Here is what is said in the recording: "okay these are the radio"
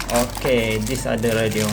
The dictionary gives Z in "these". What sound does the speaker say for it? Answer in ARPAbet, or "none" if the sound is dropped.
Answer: S